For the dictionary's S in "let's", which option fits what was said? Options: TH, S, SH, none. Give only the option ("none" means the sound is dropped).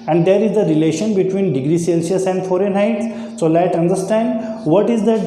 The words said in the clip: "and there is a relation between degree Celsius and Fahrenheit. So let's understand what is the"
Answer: none